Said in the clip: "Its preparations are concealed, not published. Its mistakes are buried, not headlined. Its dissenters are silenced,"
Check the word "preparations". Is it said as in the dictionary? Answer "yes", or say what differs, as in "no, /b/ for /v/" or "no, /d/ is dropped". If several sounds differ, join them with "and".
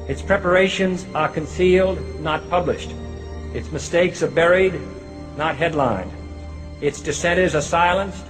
yes